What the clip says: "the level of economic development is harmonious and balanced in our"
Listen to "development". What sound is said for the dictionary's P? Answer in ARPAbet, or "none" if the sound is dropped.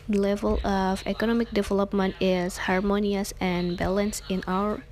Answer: P